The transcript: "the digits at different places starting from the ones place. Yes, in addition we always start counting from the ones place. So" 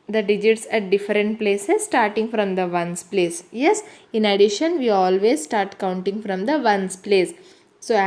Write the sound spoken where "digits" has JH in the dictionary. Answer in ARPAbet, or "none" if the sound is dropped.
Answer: JH